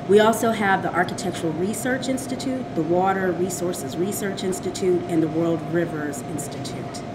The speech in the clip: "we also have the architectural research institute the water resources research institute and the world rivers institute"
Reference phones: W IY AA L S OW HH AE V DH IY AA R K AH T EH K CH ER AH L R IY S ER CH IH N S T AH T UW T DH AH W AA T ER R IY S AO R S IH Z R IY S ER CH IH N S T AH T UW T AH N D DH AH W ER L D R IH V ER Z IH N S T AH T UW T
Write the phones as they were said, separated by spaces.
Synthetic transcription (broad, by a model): W IY AA L S OW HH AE V DH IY AA R K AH T EH K CH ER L R IY S ER CH IH N S T AH T UW T DH AH W AA T ER R IY S AO R S IH Z R IY S ER CH IH N S T AH T UW T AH N DH AH W ER L D R IH V ER Z IH N S T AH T UW T